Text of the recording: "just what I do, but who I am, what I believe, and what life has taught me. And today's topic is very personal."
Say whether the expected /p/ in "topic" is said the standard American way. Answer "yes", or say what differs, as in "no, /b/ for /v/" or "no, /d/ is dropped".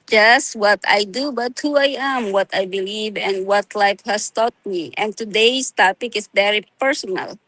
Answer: yes